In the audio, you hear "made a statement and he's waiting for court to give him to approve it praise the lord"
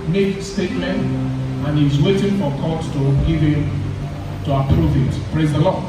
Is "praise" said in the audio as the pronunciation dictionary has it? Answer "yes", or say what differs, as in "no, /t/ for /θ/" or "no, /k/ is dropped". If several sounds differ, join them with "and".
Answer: yes